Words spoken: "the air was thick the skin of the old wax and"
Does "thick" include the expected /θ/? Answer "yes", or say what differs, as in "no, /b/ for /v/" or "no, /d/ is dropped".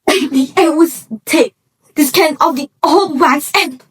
no, /t/ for /θ/